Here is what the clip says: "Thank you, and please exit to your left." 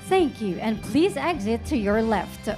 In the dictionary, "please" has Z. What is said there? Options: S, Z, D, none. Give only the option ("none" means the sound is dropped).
Z